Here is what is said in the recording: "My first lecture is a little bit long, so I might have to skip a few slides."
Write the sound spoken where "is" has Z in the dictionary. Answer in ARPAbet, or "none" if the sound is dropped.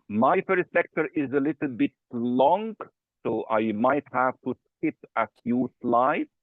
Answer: Z